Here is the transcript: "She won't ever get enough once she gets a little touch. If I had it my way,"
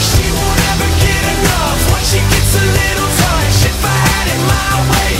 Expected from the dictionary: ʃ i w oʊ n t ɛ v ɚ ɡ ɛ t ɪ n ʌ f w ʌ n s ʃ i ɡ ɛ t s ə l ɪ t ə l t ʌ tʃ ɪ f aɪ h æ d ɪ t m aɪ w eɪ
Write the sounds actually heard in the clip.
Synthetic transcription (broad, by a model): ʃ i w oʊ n ɛ v ɚ ɡ ɛ t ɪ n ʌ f w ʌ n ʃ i ɡ ɛ t s ə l ɪ t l s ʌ ʃ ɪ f aɪ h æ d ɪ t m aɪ w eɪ